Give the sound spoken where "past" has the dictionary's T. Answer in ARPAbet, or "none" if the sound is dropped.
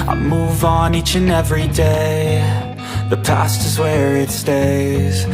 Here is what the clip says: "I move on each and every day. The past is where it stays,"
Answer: T